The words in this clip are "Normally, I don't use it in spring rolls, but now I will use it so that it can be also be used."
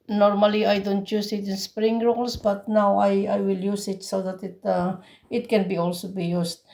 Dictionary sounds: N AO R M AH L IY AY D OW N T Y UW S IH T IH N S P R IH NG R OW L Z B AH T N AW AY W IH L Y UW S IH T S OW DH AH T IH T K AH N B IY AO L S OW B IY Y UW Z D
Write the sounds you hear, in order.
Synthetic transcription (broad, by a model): N AO R M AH L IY AY D OW N T Y UW S IH T IH N S P R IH NG R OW L S B AH T N AW AY W IH L Y UW S IH T S OW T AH T IH T K AH N B IY AO L S OW B IY Y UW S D